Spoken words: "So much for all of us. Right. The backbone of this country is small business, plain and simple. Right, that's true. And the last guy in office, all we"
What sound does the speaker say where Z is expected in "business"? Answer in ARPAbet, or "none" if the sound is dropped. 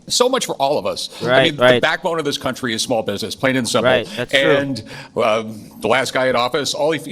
Z